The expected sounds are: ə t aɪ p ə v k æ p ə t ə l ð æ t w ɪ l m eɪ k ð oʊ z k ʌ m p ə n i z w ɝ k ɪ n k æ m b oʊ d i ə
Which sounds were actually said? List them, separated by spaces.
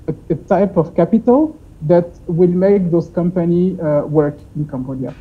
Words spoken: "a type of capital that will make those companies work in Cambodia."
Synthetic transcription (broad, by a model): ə t aɪ p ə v k æ p ə t ə l ð æ t w ɪ l m eɪ k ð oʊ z k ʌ m p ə n i w ɝ k ɪ n k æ m b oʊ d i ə